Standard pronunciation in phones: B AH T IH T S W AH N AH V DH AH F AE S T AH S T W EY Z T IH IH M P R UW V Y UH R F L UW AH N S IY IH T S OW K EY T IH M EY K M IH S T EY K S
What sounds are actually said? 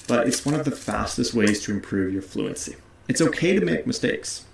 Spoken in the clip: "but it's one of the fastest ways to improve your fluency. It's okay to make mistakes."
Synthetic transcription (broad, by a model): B AH T IH T S W AH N AH V DH AH F AE S T AH S T W EY Z T IH IH M P R UW V Y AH R F L UW AH N S IY IH T S OW K EY T IH M EY K M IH S T EY K S